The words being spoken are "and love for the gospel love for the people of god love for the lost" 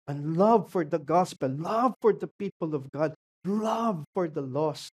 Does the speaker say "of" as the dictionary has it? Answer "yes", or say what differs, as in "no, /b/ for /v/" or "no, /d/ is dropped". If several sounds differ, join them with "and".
yes